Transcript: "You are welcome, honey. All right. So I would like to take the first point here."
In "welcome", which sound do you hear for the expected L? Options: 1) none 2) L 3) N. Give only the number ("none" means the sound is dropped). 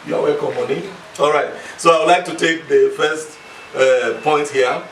1